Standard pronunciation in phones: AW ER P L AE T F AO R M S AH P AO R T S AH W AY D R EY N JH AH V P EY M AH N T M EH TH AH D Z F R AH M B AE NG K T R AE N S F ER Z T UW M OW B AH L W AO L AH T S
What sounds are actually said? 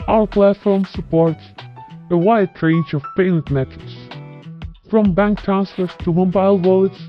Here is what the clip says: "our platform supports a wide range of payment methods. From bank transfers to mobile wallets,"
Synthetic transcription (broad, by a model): AW ER P L AE T F AO R M S AH P AO R T S AH W AY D R EY N JH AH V P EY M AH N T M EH T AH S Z F R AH M B AE NG K T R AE N S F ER T UW M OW B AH L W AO L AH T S